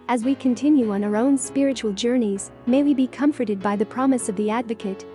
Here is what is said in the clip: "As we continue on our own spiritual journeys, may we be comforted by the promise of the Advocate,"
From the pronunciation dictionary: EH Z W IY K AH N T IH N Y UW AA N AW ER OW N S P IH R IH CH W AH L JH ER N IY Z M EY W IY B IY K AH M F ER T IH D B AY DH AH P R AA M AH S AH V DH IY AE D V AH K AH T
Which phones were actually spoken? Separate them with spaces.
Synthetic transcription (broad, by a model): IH Z W IY K AH N T IH N Y UW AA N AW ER OW N S P IH R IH CH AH L JH ER N IY Z M EY W IY B IY K AH M F ER T IH D B AY DH AH P R AA M AH S AH V DH IY AE D V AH K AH T